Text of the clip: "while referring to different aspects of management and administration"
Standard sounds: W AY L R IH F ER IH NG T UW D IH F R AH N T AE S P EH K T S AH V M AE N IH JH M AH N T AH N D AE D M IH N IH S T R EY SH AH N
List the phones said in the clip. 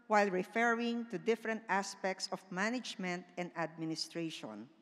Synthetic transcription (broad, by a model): W AY L R IH F ER IH NG T UW D IH F R AH N T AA S P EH K T S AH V M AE N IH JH M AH N T AH N D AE D M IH N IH S T R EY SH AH N